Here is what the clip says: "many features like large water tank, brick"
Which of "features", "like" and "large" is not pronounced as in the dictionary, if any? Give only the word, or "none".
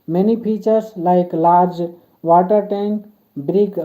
features